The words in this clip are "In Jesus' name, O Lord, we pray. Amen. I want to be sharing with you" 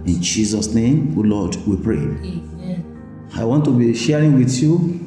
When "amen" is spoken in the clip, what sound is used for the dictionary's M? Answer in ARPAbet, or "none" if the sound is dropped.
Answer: none